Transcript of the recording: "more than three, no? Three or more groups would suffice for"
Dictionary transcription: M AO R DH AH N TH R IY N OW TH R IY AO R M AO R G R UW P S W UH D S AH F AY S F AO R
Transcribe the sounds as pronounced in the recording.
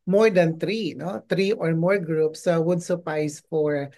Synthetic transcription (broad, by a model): M AO R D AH N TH R IY N OW T R IY AO R M AO R G R UW P S W UH D S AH P AY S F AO R